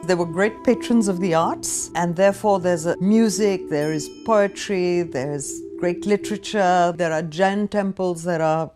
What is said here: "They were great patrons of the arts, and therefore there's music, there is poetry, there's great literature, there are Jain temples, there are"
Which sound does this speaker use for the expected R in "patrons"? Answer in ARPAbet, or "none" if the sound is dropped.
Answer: R